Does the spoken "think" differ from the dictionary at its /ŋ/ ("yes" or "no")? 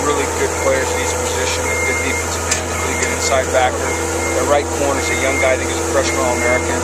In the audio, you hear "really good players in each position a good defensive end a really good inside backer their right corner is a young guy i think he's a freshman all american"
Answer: yes